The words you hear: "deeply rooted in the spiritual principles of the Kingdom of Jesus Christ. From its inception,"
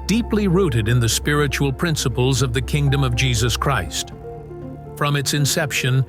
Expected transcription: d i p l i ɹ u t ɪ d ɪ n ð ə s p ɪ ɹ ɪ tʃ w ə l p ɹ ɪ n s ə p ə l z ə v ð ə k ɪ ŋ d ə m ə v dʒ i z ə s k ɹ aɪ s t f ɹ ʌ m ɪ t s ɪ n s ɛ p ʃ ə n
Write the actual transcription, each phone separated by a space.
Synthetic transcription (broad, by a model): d i p l i ɹ u t ɪ d ɪ n ð ə s p ɪ ɹ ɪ tʃ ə l p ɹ ɪ n s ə p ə l z ə v ð ə k ɪ ŋ d ə m ə v dʒ i z ə s k ɹ aɪ s t f ɹ ʌ m ɪ t s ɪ n s ɛ p ʃ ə n